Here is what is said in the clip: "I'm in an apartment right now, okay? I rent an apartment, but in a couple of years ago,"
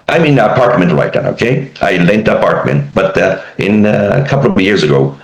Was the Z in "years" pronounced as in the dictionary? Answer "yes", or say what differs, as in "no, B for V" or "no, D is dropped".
yes